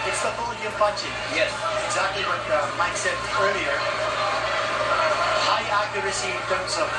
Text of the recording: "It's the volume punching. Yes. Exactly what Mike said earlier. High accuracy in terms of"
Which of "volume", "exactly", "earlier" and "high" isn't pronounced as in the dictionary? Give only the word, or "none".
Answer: volume